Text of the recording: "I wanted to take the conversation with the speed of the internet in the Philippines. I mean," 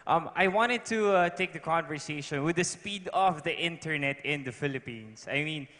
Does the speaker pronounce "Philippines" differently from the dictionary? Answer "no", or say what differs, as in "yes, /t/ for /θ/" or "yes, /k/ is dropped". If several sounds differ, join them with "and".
yes, /s/ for /z/